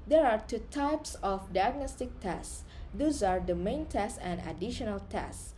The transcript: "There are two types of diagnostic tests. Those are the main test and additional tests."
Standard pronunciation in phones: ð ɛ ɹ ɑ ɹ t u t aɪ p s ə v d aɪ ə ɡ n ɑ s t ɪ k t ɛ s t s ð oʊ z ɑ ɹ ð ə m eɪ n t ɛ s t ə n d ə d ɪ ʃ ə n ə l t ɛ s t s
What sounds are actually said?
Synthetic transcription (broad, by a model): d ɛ ɹ ɑ ɹ t u t aɪ p s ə f d aɪ ə ɡ n ɑ s t ɪ k t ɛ s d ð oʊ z ɑ ɹ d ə m eɪ n t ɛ s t ə n d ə d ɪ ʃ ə n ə l t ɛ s s